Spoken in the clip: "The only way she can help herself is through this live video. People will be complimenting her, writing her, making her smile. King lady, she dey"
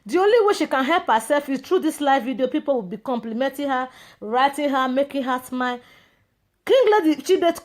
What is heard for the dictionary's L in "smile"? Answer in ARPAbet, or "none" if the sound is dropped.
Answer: N